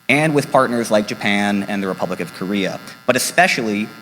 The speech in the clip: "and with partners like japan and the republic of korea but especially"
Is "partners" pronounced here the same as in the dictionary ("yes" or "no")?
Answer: yes